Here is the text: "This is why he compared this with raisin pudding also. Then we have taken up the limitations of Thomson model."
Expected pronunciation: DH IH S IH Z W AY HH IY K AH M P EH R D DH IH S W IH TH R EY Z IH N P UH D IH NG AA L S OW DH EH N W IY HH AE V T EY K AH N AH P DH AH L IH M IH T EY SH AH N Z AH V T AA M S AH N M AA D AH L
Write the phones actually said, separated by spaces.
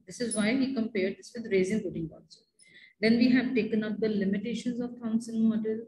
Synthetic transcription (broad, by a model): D IH S IH Z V AY HH IY K AH M P EH R D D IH S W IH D R EY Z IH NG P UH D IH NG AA N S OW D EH N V IY HH AE V T EY K AH N AH P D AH L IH M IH T EY SH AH N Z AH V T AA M S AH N M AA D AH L